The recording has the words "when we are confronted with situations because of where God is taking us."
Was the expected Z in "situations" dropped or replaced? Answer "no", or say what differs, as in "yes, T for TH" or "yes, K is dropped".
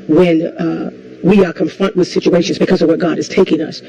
no